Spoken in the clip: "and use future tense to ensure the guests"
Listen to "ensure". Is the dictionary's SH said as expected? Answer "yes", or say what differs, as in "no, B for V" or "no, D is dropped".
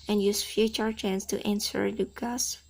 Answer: no, S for SH